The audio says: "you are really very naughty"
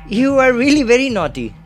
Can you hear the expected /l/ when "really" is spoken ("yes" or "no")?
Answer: yes